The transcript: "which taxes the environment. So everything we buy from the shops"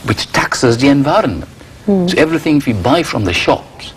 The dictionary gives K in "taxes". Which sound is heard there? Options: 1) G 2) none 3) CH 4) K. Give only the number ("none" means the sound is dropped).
4